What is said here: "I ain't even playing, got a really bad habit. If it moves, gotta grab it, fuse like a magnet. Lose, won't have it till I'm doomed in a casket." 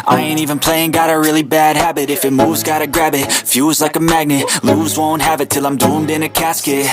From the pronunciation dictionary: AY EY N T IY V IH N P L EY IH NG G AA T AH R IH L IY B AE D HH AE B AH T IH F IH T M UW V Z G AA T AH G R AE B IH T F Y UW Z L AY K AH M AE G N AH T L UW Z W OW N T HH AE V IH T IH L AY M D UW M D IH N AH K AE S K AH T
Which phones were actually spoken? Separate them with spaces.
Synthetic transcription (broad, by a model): AY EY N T IY V IH N P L EY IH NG G AA T AH R IH L IY B AE D HH AE B AH T IH F IH T M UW Z G AA T AH G R AE B IH T F Y UW Z L AY K AH M AE G N AH T L UW Z W OW N T HH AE V IH T IH L AY M D UW M D IH N AH K AE S K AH T